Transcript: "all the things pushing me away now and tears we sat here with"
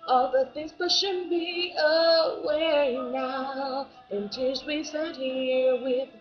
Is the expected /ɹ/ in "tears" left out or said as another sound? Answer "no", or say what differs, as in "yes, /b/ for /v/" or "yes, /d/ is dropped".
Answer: yes, /l/ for /ɹ/